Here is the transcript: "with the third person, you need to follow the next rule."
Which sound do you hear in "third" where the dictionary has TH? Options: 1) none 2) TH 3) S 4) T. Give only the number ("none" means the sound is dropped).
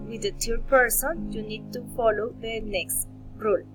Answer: 4